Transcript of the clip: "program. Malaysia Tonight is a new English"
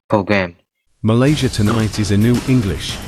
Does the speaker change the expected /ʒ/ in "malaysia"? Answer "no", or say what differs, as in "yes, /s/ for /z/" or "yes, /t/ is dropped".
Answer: no